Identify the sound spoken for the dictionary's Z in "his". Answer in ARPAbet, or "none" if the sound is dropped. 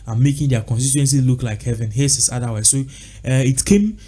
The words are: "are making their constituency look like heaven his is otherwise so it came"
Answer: S